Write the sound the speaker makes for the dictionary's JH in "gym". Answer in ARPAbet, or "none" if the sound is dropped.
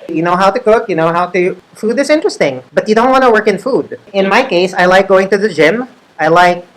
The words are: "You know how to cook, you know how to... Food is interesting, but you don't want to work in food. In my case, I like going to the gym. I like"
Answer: JH